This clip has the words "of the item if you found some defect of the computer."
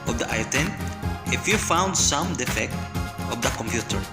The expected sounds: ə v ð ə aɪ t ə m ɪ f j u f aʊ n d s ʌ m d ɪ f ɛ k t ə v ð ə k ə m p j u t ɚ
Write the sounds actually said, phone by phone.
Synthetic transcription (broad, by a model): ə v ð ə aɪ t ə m ɪ f j u f aʊ n d s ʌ m d ɪ f ɛ k t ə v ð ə k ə m p j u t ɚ